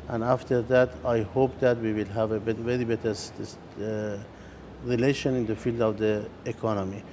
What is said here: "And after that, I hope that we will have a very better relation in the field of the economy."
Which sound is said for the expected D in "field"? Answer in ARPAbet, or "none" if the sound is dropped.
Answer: D